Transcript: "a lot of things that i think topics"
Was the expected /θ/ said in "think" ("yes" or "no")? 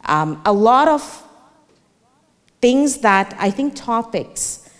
yes